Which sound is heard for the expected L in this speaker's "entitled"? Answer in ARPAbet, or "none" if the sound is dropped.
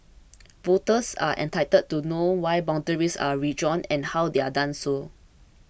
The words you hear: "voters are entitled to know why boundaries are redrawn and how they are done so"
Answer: none